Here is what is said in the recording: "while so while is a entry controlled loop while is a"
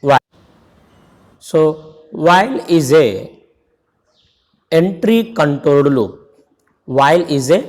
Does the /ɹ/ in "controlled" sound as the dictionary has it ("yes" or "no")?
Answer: no